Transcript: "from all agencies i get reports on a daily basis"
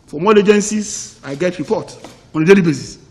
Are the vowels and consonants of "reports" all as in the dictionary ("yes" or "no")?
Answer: no